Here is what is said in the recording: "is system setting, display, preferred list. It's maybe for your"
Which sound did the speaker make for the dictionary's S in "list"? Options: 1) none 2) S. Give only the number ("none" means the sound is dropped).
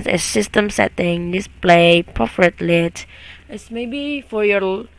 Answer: 1